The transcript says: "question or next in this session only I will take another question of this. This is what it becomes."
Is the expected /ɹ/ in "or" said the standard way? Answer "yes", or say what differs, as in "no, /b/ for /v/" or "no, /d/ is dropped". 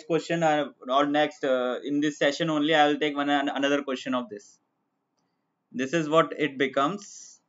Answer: no, /l/ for /ɹ/